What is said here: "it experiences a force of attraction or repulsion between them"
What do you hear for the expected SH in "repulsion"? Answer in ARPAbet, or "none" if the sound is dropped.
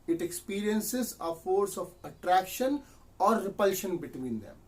SH